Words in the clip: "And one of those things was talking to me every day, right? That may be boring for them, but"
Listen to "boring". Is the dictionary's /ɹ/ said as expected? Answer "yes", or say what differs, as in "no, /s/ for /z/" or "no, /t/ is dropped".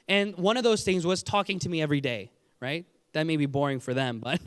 yes